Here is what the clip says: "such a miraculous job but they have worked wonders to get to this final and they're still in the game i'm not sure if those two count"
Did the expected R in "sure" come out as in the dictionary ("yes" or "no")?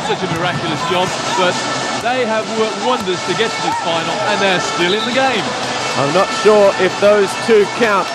yes